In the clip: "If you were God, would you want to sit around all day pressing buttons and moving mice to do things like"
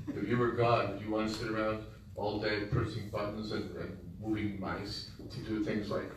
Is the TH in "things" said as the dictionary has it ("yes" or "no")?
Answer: yes